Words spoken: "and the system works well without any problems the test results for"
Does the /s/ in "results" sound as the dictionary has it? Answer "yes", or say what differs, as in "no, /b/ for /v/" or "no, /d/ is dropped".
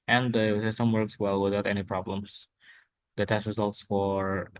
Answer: yes